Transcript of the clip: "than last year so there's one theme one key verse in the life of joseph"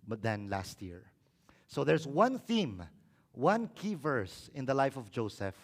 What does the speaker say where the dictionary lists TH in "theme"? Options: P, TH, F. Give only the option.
TH